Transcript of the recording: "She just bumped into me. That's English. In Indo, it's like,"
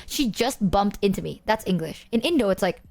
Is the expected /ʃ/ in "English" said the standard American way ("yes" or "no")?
yes